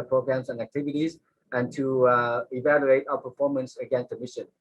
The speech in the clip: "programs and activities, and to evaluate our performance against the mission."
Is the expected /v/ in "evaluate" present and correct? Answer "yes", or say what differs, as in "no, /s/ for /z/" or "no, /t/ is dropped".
yes